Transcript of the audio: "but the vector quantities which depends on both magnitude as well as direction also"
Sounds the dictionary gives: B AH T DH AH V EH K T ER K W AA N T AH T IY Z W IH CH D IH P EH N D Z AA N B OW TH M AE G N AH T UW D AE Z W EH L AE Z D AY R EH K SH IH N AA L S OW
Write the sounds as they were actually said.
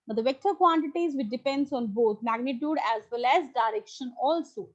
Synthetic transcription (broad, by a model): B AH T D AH V EH K T ER K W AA N T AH T IY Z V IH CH D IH P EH N D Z AA N B OW T M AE G N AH T UW D AE Z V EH L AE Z D AY R EH K SH IH N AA L S OW